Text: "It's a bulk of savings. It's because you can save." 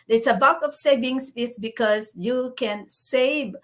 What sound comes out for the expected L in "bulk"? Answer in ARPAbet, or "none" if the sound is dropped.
none